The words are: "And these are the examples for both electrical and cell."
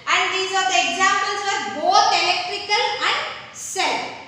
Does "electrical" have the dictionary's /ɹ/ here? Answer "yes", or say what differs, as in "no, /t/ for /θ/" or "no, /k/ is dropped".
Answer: yes